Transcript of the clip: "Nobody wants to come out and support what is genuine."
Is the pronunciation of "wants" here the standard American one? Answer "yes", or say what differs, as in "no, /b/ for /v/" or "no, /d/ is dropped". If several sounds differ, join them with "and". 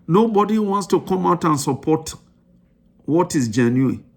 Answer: yes